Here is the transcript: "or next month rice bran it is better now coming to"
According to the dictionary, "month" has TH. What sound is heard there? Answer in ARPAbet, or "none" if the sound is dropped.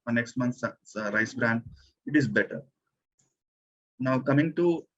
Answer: S